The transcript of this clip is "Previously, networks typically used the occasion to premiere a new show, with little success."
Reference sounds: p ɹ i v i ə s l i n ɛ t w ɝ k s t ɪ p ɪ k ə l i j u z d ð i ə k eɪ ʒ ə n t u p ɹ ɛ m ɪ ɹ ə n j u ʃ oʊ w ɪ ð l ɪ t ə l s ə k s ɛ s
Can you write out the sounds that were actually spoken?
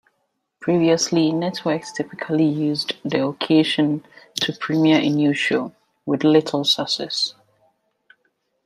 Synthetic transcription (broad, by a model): p ɹ i v i ə s l i n ɛ t w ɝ k s t ɪ p ɪ k ə l i j u z d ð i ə k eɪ ʃ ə n t u p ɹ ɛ m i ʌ ə n j u ʃ oʊ w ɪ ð l ɪ t ə l s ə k s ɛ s